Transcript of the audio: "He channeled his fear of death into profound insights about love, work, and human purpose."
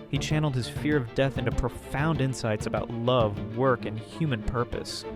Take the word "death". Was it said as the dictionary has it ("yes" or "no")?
yes